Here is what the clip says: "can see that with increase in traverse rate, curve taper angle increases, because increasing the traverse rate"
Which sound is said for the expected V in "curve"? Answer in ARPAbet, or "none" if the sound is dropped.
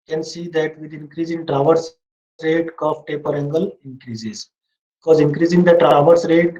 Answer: F